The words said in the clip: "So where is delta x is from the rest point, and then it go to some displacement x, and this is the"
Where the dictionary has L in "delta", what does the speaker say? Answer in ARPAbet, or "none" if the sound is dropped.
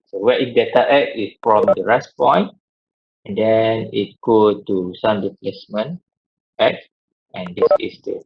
none